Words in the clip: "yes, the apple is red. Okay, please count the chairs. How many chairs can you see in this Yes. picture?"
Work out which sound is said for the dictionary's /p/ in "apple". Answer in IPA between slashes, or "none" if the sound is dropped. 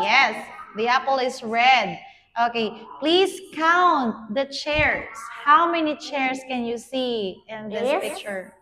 /p/